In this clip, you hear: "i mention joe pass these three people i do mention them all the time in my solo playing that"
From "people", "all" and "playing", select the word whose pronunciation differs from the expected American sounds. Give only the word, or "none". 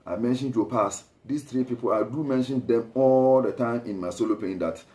playing